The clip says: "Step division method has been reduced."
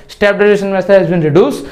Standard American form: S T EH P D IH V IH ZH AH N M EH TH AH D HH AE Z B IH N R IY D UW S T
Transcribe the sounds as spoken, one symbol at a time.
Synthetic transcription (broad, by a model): S T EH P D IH IH SH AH N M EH S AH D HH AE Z B IH N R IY D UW S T